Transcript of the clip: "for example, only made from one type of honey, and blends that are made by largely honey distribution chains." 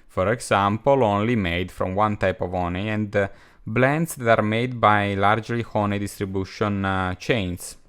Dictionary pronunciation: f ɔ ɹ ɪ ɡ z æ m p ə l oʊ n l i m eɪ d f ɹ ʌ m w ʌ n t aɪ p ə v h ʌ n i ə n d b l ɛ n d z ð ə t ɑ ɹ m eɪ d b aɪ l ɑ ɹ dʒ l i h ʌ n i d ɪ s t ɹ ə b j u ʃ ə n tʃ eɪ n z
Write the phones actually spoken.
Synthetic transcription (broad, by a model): f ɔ ɹ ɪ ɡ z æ m p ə l oʊ n l i m eɪ d f ɹ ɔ m w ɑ n t aɪ p ə v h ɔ n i ə n d b l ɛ n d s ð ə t ɑ ɹ m eɪ d b aɪ l ɑ ɹ dʒ l i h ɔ n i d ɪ s t ɹ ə b j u ʃ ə n tʃ eɪ n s